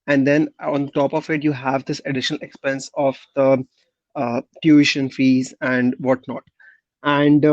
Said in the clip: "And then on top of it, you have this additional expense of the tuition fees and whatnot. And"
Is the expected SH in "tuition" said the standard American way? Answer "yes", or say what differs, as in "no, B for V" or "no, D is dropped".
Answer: yes